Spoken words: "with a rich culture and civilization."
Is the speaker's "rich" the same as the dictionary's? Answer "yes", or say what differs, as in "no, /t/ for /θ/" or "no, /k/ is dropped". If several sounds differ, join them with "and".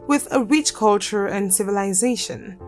yes